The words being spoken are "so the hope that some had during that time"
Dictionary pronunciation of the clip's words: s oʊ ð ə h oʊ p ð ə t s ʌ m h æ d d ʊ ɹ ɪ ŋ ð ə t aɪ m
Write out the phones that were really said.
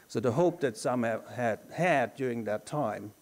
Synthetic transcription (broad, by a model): s oʊ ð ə h oʊ p ð ə t s ʌ m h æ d d ʊ ɹ ɪ ŋ ð ə t aɪ m